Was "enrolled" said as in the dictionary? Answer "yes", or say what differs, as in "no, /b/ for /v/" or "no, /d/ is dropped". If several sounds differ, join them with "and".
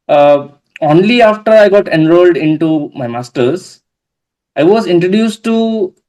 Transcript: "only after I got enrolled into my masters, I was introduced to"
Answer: yes